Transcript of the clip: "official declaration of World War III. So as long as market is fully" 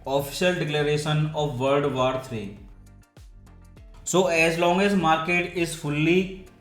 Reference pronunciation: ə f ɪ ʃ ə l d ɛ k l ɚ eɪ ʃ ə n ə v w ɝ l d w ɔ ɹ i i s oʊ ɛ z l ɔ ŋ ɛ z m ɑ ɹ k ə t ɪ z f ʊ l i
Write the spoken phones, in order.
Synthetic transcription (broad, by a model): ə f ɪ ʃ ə l d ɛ k l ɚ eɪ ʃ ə n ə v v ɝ d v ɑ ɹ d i s oʊ ɛ z l ɔ ŋ ɛ z m ɑ ɹ k ə t ɪ z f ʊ l i